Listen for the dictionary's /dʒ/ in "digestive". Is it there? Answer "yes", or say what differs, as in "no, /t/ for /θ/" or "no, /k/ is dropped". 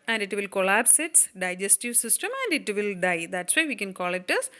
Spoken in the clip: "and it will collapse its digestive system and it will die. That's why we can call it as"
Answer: yes